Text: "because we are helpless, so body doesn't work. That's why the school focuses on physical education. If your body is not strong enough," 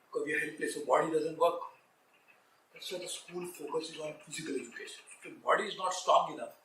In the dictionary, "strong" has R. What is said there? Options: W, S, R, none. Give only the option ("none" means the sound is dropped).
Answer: none